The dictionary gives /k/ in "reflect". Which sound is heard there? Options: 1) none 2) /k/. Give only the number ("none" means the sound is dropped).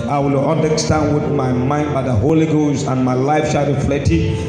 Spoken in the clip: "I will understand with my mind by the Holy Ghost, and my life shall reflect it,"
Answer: 1